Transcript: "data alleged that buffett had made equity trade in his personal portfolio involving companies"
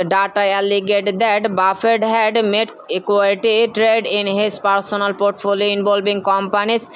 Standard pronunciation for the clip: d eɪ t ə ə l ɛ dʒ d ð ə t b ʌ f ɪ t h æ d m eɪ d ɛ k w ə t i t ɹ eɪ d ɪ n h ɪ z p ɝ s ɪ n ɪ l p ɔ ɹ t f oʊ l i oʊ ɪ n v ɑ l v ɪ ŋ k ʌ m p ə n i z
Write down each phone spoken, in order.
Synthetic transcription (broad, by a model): d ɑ t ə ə l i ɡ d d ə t b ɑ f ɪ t h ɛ d m eɪ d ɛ k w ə t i t ɹ eɪ d ɪ n h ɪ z p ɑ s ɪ n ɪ l p ɔ ɹ t f oʊ l i oʊ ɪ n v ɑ l b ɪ ŋ k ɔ m p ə n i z